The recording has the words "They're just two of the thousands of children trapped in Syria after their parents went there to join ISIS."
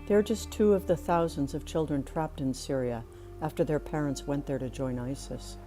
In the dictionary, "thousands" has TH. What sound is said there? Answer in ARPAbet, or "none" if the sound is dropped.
TH